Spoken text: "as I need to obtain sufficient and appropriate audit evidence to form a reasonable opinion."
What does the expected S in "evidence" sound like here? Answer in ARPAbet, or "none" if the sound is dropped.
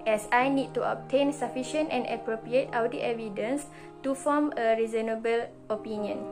S